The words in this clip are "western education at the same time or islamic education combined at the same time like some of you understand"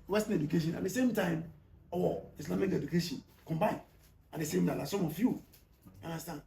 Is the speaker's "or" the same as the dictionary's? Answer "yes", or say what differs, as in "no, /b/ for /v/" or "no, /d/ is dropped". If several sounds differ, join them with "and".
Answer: no, /w/ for /ɹ/